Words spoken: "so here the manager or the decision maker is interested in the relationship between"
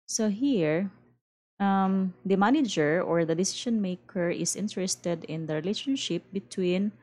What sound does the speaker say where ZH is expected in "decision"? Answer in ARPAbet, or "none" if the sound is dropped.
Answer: SH